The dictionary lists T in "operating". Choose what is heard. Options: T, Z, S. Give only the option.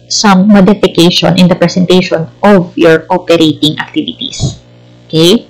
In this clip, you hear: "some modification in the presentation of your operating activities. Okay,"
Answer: T